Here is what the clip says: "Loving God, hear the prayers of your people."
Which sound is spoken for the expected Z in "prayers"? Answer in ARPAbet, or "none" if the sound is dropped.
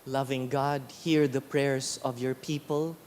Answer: S